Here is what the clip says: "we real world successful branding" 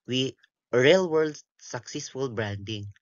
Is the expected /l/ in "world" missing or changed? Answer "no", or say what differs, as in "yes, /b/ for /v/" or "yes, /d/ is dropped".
no